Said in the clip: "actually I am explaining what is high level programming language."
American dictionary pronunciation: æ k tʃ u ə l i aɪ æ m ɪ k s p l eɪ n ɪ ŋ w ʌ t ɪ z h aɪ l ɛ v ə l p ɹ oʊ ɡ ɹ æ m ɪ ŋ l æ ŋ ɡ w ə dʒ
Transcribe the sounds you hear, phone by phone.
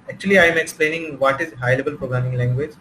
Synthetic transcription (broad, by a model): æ k tʃ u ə l i aɪ m ɪ k s p l eɪ n ɪ ŋ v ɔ t ɪ z h aɪ l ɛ b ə l p ɹ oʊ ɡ ɹ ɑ m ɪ ŋ l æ ŋ ɡ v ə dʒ